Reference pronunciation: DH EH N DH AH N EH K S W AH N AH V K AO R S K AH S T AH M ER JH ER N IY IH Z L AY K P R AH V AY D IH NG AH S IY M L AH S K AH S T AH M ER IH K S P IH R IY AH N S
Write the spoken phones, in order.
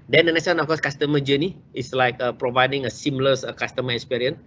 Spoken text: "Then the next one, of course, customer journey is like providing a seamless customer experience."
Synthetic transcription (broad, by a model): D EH N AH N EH S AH N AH F K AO S K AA S T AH M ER JH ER N IY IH S L AY K P R AH V AY D IH NG AH S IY M L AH S K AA S T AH M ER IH K S P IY R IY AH N